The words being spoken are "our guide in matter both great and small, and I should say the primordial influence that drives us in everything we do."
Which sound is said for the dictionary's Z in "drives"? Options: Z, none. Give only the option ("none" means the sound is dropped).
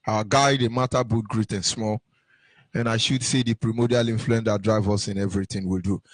none